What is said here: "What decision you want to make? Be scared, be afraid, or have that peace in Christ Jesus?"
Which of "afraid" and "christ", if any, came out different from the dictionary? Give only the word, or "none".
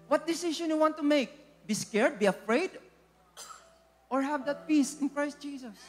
none